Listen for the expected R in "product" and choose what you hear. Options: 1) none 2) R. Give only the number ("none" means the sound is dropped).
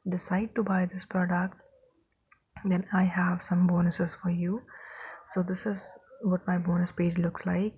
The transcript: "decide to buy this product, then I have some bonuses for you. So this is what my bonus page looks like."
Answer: 2